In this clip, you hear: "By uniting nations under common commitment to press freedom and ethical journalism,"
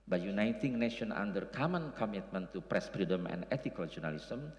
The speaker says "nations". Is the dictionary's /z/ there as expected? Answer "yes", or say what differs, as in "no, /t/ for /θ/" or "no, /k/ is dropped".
no, /z/ is dropped